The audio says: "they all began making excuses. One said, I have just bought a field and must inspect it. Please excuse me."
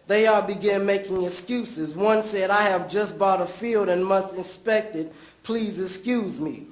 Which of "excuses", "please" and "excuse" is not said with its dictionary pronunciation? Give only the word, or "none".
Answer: none